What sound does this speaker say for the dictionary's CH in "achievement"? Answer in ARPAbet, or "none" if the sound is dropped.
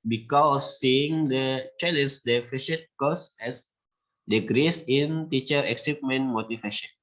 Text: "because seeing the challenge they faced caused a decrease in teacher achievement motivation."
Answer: S